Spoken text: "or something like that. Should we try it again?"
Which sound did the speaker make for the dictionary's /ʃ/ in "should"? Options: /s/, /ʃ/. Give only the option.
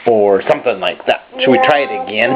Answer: /s/